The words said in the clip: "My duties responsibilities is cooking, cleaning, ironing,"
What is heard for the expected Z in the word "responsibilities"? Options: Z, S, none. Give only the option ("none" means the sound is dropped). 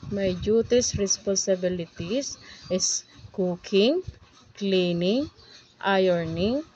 S